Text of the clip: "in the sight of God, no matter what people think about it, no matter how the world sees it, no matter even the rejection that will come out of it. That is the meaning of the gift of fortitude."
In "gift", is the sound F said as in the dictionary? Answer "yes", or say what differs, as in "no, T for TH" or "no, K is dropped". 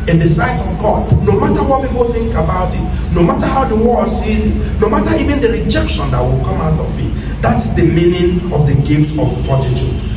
yes